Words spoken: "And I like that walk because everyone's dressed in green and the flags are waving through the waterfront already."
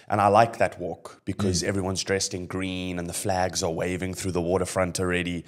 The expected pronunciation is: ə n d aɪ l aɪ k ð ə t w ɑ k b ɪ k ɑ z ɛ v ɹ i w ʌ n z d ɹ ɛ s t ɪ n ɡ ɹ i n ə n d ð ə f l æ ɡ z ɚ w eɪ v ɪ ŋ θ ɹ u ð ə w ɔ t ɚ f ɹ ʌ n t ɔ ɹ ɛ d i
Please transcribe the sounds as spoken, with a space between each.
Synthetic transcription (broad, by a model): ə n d aɪ l aɪ k ð ə t w ɑ k b ɪ k ɑ z ɛ v ɹ i w ʌ n z d ɹ ɛ s t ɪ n ɡ ɹ i n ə n ð ə f l æ ɡ z ɚ w eɪ v ɪ ŋ θ ɹ u ð ə w ɔ t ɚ f ɹ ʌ n t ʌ ɹ ɛ d i